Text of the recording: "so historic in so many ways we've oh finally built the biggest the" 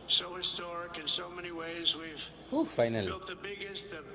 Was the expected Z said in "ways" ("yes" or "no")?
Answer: yes